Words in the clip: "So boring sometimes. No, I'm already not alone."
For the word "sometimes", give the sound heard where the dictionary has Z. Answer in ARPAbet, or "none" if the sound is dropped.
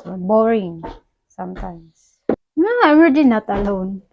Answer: S